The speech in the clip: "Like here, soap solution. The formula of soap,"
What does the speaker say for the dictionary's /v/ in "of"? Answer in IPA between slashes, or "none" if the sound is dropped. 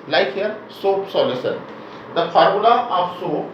/p/